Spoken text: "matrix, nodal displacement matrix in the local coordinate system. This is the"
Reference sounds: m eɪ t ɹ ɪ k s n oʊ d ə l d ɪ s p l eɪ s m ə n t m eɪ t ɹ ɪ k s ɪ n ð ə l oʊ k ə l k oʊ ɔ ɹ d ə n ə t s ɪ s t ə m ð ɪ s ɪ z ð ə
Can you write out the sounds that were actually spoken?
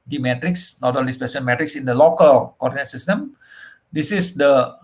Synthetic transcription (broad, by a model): m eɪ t ɹ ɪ k s n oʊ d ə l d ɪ s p eɪ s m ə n m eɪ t ɹ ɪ k s ɪ n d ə l oʊ k ə l k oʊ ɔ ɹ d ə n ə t s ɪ s t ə m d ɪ s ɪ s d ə